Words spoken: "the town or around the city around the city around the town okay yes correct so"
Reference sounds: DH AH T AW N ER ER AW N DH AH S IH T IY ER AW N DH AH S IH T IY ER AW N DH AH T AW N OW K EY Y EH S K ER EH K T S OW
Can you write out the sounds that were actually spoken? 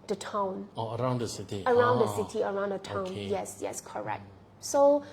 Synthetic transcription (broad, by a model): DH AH T AW N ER ER AW N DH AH S IH T IY ER AW N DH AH S IH T IY ER AW N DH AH T AW N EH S Y EH S K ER EH K T S OW